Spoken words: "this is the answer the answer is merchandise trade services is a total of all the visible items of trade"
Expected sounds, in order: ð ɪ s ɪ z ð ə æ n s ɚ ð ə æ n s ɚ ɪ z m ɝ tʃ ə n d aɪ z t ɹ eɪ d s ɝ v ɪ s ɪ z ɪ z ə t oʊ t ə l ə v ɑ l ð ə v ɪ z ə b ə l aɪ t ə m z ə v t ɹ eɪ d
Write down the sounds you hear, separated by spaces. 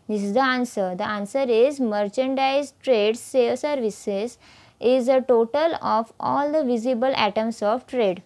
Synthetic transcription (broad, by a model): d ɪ s ɪ z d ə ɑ n s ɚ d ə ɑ n s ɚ ɪ z m ɝ tʃ ə n d aɪ z t ɹ eɪ d s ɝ v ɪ s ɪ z ɪ z ə t oʊ t ə l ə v ɑ l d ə v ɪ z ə b ə l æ t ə m s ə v t ɹ eɪ d